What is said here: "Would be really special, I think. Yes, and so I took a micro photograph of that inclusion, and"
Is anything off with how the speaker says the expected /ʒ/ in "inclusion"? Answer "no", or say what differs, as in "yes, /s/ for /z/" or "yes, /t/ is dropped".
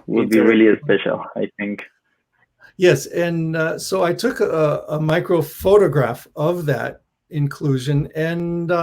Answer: no